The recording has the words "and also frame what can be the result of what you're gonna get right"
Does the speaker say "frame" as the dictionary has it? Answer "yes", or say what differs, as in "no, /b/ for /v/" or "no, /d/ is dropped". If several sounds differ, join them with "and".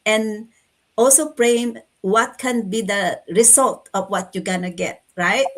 no, /p/ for /f/